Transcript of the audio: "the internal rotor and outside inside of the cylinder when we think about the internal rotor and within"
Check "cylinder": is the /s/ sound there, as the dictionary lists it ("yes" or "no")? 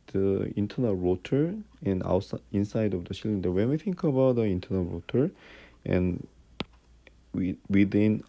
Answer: no